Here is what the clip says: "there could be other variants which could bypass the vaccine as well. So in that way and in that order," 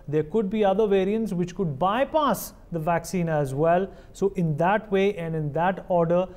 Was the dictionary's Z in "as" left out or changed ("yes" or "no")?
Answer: no